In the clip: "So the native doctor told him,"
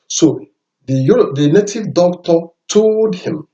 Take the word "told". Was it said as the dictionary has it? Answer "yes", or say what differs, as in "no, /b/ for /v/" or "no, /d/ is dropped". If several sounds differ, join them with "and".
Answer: no, /l/ is dropped